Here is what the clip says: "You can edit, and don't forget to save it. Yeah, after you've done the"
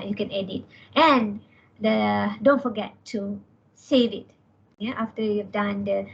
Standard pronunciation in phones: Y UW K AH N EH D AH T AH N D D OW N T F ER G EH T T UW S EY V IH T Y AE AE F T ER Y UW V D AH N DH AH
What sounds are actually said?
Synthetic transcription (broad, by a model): Y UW K AH N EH D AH T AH N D D OW N T F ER G EH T T UW S EY V IH T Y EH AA F T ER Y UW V D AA N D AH